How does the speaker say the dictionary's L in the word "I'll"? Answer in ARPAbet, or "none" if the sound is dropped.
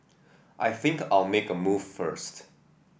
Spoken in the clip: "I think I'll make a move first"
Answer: L